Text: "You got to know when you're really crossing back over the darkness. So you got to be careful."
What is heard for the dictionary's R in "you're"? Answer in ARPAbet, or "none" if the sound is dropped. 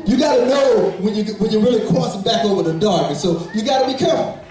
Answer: W